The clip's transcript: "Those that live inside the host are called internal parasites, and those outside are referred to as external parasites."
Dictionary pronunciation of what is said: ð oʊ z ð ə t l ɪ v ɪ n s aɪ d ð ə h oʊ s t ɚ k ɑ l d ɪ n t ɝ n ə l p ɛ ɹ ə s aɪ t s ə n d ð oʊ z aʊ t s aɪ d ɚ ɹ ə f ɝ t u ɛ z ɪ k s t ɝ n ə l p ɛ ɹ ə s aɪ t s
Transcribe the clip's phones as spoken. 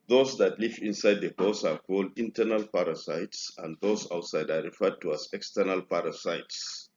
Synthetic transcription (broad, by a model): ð oʊ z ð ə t l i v ɪ n s aɪ d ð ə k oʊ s ɑ k ɑ l d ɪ n t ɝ n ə l p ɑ ɹ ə s aɪ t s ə n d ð oʊ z aʊ t s aɪ d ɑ ɹ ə f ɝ t u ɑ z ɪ k s t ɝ n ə l p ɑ ɹ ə s aɪ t s